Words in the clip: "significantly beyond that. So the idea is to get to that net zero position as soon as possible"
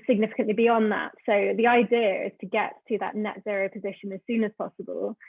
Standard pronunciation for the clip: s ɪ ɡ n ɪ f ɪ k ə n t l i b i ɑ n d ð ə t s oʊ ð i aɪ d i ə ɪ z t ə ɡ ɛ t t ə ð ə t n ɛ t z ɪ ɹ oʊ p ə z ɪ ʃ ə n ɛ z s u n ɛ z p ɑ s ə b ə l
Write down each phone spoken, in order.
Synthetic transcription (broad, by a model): s ɪ ɡ n ɪ f ɪ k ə n t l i b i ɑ n ð ə t s oʊ ð i aɪ d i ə ɪ z t ə ɡ ɛ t t ə ð ə t n ɛ t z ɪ ɹ oʊ p ə z ɪ ʃ ə n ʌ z s u n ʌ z p ɑ s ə b ə l